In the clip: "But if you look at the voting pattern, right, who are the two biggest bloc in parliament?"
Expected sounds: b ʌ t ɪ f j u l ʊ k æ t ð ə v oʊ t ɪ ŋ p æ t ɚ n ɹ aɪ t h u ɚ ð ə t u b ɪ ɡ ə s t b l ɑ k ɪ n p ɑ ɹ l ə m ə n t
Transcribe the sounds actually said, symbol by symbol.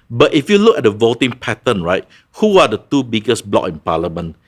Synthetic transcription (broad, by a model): b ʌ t ɪ f j u l ʊ k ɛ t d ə v oʊ t ɪ ŋ p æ t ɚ n ɹ aɪ t h u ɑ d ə t u b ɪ ɡ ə s b l ɑ k ɪ n p ɑ l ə m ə n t